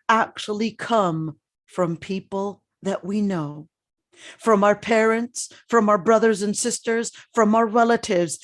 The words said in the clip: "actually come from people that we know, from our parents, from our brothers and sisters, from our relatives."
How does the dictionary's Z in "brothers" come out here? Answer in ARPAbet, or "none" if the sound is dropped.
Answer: Z